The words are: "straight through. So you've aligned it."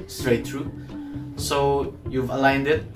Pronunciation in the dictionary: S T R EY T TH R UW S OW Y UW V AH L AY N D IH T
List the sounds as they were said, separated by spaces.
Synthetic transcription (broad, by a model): S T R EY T T R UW S OW Y UW V AH L AY N D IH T